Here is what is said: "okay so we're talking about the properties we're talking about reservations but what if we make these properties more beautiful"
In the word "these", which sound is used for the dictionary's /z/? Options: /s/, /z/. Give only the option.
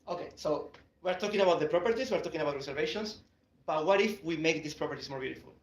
/s/